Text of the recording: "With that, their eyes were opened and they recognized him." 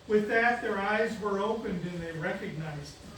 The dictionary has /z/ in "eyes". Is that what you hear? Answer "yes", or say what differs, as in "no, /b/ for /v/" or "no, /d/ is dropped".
yes